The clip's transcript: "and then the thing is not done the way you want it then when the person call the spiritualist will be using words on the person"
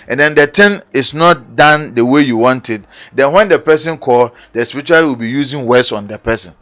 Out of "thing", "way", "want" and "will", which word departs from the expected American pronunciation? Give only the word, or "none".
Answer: thing